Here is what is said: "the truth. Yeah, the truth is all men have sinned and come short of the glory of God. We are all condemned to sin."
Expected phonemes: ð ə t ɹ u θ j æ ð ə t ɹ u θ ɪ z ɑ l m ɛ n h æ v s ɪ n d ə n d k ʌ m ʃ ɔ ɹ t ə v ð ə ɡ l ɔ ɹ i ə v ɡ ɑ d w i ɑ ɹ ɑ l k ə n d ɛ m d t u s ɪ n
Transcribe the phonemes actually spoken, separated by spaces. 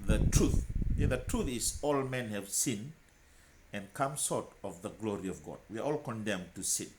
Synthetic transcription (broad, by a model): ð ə t ɹ u θ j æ ð ə t ɹ u θ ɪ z ɑ l m ɛ n h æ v s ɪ n ə n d k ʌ m s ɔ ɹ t ə v ð ə ɡ l ɔ ɹ i ə v ɡ ɑ d w i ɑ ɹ ɑ l k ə n d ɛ m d t u s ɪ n